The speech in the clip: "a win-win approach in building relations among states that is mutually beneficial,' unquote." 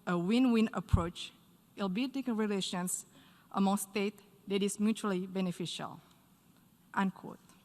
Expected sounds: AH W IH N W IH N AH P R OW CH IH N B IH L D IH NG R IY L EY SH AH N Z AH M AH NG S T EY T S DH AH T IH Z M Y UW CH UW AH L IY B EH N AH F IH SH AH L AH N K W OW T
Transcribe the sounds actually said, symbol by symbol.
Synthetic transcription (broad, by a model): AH W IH N W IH N AH P R OW CH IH L B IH D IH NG R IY L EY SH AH N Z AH M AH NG S T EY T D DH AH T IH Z M Y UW CH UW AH L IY B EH N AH F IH SH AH L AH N K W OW T